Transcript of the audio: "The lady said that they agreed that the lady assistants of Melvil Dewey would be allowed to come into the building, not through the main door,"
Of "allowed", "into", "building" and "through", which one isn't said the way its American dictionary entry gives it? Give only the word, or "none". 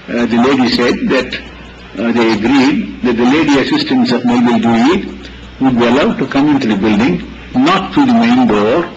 through